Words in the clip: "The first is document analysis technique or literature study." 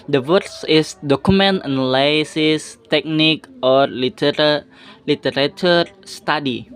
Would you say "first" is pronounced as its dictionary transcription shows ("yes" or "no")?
no